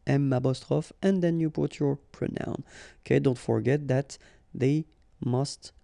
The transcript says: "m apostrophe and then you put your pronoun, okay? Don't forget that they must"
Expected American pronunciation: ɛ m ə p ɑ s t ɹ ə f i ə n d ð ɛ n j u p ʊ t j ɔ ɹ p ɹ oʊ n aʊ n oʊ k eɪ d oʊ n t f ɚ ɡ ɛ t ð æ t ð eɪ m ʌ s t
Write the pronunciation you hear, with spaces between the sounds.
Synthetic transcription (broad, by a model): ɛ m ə b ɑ s t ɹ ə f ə n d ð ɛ n j u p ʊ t j ɔ ɹ p ɹ oʊ n aʊ n oʊ k eɪ d oʊ n t f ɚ ɡ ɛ t ð æ t ð eɪ m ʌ s t